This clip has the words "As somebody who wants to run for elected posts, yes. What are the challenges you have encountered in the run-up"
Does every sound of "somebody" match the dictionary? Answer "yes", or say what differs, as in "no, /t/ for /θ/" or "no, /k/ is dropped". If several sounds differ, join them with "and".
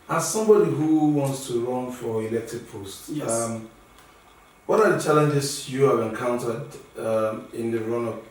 yes